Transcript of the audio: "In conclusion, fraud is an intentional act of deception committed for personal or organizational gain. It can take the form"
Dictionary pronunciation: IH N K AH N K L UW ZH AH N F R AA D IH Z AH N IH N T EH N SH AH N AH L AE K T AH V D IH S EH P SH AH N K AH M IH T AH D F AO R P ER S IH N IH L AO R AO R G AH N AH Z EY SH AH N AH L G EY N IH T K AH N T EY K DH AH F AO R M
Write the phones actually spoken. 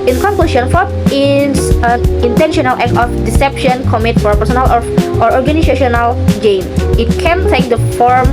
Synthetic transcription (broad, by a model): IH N K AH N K L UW SH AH N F AA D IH S AH N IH N T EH N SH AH N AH L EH K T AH F D IH S EH P SH AH N K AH M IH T F AO R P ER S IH N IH L AO R AO R G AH N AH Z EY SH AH N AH L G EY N IH T K AH N T EY K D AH F AO R M